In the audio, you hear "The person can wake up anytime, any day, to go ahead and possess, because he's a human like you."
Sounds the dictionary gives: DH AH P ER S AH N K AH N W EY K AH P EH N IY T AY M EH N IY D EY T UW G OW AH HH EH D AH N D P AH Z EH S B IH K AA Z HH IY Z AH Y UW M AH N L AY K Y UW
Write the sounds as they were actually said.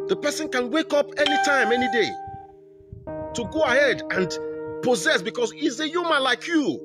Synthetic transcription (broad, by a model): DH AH P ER S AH N K AH N W EY K AH P EH N IY T AY M EH N IY D EY T UW G OW AH HH EH D AH N D P AH Z EH S B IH K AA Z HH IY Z AH Y UW M AH N L AY K Y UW